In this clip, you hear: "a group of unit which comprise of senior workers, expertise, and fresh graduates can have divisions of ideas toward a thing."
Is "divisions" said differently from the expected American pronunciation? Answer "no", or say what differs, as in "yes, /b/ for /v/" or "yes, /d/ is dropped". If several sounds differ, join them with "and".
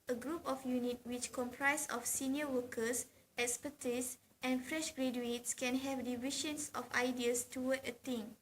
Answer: yes, /ʃ/ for /ʒ/ and /s/ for /z/